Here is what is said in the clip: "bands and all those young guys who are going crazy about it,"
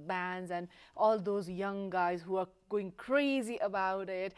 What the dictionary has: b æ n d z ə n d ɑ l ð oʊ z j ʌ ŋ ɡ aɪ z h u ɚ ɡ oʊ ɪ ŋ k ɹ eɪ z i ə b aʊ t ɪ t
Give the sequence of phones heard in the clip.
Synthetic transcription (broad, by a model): b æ n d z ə n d ɑ l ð oʊ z j ʌ ŋ ɡ aɪ z h u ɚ ɡ oʊ ɪ ŋ k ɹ eɪ z i ə b aʊ t ɪ t